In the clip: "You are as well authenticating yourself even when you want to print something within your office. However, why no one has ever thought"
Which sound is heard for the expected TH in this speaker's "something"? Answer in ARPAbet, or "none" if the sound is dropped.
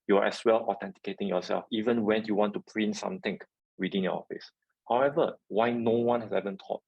T